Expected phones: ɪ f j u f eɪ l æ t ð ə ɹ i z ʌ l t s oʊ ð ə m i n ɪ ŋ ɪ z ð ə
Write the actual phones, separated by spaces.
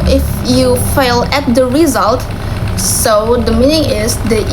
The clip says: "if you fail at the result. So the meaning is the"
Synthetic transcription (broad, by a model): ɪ f j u f eɪ l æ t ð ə ɹ i z ʌ l t s oʊ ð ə m i n ɪ ŋ ɪ z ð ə